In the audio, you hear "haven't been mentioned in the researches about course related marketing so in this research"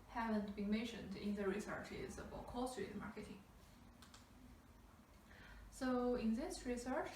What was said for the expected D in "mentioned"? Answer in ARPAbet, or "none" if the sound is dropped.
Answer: D